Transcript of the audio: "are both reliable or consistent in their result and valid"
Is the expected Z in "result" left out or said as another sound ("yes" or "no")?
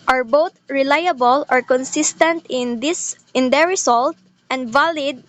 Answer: yes